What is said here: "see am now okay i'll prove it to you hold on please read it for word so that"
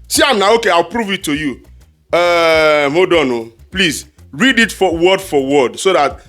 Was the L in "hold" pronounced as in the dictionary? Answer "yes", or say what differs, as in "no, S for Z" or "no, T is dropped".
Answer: no, L is dropped